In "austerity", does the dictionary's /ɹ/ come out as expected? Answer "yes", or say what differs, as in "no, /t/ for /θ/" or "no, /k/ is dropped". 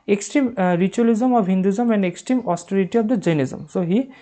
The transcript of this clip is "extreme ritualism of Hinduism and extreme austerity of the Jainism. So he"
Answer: yes